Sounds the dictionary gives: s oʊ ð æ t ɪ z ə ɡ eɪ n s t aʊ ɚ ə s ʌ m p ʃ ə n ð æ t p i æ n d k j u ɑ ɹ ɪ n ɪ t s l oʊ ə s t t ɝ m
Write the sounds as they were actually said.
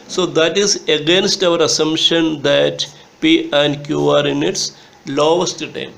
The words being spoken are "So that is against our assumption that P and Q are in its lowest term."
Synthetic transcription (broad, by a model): s oʊ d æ t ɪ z ə ɡ eɪ n s t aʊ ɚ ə s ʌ m ʃ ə n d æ t p i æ n d k j u ɑ ɹ ɪ n ɪ t s l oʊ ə s t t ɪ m